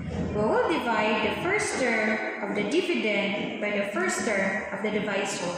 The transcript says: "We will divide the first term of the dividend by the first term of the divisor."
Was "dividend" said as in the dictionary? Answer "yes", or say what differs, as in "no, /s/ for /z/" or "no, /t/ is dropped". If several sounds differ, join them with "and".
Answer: no, /p/ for /v/